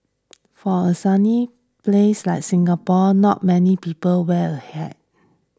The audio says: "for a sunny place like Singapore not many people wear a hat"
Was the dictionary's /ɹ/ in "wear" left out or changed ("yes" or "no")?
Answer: yes